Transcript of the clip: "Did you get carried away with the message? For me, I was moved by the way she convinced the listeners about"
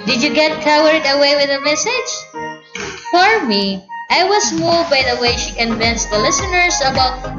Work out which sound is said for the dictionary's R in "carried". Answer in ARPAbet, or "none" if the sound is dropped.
W